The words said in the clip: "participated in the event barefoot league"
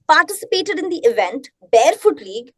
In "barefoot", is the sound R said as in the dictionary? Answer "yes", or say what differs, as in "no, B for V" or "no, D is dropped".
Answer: yes